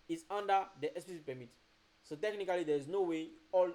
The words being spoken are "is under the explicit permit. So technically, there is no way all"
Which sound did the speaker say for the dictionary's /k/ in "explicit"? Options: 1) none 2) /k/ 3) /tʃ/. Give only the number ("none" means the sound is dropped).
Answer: 1